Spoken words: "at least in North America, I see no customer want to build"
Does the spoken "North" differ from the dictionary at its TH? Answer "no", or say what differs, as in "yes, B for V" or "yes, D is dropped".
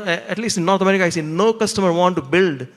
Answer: yes, T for TH